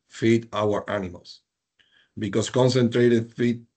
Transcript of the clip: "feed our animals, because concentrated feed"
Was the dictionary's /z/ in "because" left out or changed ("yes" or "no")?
yes